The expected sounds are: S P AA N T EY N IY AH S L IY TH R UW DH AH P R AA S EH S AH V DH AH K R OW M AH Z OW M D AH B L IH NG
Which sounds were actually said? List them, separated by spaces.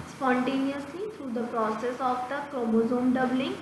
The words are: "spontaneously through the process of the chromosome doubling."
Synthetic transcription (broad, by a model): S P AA N T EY N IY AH S L IY T R UW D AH P R AA S EH S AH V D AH K OW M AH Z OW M D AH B L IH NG